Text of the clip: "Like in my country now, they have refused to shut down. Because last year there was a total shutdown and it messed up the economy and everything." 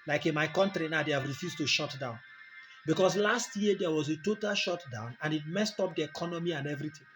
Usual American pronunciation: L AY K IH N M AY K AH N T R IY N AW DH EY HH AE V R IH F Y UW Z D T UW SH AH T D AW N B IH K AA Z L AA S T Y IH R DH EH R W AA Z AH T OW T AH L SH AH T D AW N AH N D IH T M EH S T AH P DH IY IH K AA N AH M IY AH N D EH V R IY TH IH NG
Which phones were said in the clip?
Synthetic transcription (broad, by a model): L AY K IH N M AY K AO N T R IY N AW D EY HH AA V R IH F Y UW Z T UW SH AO T D AW N B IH K AA S L AA S T Y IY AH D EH W AA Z AH T OW T AH L SH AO T D AW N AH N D IH T M EH S T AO P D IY IH K AA N AH M IY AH N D EH V R IY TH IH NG